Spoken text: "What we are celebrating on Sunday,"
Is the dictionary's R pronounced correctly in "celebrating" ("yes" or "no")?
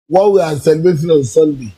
no